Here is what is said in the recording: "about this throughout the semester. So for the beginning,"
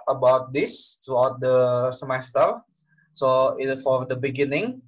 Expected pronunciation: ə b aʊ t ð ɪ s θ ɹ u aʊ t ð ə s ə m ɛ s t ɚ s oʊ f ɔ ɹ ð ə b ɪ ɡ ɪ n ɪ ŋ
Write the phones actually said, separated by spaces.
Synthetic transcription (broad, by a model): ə b aʊ t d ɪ s t ɹ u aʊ t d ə s ə m ɛ s t ɚ s oʊ f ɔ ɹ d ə b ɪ ɡ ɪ n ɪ ŋ